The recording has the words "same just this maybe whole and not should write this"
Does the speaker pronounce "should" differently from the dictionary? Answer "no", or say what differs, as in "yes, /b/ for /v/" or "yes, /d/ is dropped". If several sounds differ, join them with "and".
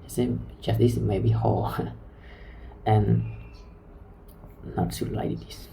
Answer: yes, /s/ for /ʃ/